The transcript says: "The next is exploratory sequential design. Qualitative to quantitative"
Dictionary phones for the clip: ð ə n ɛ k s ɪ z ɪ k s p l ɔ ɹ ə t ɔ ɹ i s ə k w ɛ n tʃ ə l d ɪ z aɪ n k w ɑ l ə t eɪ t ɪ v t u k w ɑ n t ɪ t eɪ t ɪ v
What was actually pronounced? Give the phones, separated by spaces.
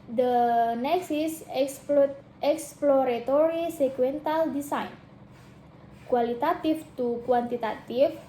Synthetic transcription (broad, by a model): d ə n ɛ k s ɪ s ɪ k s p l ɔ ɹ ə t ɔ ɹ i s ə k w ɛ n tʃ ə l d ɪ s aɪ n k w ɑ l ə t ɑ t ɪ f t u k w ɑ n t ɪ t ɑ t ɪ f